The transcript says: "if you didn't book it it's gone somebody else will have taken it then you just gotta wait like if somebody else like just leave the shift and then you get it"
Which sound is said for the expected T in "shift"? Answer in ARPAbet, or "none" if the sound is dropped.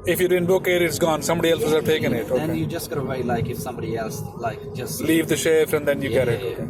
none